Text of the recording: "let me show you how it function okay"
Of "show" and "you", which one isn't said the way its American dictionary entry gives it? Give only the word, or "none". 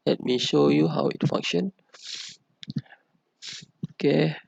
none